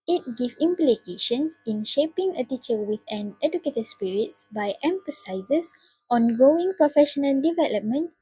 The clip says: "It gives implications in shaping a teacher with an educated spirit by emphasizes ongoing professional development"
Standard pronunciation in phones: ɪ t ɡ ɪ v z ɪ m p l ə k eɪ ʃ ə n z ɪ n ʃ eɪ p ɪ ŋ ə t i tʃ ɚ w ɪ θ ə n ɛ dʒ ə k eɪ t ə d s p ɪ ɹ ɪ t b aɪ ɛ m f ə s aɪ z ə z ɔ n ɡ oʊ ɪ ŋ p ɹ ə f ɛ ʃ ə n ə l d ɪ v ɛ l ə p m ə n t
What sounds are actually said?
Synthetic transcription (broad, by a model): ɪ t ɡ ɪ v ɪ m p l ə k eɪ ʃ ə n s ɪ n ʃ eɪ p ɪ ŋ ə t i tʃ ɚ w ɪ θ ə n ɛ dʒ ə k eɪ t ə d s p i ɹ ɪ t b aɪ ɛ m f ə s aɪ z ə s ɔ n ɡ oʊ ɪ ŋ p ɹ ə f ɛ ʃ ə n ə l d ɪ v ɛ l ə p m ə n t